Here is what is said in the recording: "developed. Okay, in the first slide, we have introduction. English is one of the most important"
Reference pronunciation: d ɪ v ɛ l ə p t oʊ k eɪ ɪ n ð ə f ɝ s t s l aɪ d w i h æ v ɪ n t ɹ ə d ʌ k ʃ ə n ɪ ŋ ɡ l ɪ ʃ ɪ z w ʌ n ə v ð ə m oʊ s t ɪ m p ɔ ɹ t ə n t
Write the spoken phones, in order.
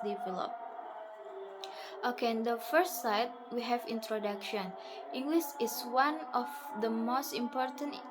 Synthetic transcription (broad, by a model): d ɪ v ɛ l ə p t oʊ k eɪ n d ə f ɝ s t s aɪ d w i h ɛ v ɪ n t ɹ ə d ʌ k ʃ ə n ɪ ŋ ɡ l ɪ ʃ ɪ s w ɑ n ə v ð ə m oʊ s t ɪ m p ɔ ɹ t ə n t